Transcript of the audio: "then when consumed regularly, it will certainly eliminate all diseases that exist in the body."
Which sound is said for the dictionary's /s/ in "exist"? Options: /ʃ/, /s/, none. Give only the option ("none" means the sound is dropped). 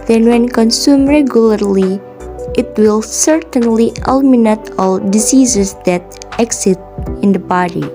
none